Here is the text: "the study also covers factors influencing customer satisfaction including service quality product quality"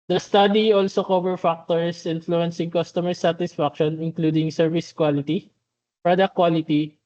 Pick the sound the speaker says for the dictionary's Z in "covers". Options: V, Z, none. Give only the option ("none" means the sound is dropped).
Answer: none